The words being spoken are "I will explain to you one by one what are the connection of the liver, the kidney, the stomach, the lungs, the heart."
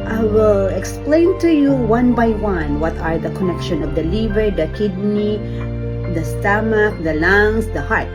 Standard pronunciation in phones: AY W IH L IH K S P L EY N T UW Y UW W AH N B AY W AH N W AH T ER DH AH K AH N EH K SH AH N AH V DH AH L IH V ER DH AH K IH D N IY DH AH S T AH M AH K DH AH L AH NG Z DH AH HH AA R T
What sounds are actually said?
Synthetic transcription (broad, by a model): AY W IH L IH K S P L EY N T UW Y UW W AH N B AY W AH N W AH T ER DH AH K AH N EH K SH AH N AH V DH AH L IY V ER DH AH K IH D N IY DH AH S T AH M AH K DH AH L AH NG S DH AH HH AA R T